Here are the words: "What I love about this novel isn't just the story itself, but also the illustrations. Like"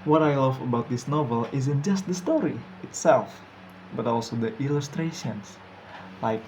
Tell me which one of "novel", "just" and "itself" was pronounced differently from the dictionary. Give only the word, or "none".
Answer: none